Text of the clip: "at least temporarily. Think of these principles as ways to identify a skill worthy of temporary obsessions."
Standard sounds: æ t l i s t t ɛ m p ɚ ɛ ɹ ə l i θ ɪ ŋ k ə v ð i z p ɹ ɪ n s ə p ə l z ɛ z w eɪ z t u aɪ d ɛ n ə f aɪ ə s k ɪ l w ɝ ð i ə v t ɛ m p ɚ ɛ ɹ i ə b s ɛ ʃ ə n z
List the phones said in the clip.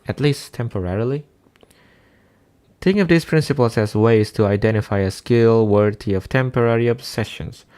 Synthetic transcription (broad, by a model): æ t l i s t t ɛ m p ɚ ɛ ɹ l i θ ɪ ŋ ə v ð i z p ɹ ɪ n s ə p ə l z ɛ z w eɪ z t u aɪ d ɛ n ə f aɪ ə s k ɪ l w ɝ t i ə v t ɛ m p ɚ ɛ ɹ i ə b s ɛ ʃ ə n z